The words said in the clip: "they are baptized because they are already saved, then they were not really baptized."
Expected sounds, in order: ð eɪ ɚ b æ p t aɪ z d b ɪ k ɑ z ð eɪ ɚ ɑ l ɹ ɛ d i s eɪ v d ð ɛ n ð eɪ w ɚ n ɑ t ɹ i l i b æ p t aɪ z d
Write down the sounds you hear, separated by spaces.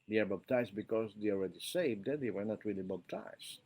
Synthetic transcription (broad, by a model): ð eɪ ɚ b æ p t aɪ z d b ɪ k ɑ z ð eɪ ɑ l ɹ ɛ d i s eɪ v d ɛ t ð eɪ w ɚ n ɑ t ɹ i l i b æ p t aɪ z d